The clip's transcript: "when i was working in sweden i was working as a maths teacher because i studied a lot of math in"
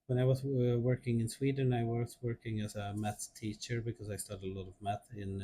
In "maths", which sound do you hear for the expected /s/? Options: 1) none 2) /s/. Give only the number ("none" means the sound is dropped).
1